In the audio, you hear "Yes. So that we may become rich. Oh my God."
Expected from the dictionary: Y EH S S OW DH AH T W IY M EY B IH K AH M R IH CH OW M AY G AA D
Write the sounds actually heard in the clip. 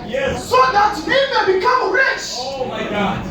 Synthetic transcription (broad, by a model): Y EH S S OW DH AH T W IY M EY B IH K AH M R IH CH OW M AY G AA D